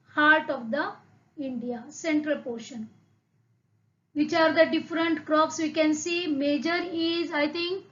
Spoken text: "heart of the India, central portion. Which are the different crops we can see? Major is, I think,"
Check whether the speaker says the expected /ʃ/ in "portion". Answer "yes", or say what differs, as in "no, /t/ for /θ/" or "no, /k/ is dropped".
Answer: yes